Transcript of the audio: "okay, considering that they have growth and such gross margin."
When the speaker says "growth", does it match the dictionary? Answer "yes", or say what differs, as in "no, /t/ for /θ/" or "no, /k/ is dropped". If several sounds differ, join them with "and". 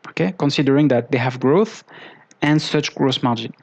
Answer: yes